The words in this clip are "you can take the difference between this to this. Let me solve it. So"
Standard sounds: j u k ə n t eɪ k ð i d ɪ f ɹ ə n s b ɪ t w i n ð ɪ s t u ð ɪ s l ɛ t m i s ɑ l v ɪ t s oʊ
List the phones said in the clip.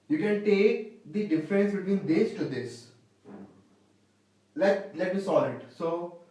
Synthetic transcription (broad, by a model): j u k ə n t eɪ k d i d ɪ f ɹ ə n s b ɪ t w i n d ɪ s t u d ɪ s l ɛ t m i s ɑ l ɪ t s oʊ